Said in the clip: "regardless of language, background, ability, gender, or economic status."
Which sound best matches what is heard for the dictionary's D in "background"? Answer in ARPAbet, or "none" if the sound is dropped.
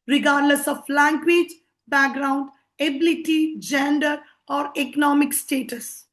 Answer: D